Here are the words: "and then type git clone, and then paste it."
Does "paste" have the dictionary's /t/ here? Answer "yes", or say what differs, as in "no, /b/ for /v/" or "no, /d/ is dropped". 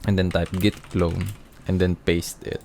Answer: yes